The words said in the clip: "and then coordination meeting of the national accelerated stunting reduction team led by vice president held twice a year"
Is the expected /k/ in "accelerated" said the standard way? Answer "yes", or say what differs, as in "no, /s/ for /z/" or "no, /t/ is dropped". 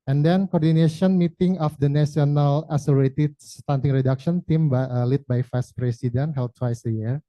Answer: no, /k/ is dropped